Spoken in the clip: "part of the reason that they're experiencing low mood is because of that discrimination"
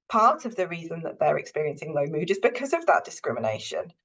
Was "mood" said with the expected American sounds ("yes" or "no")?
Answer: yes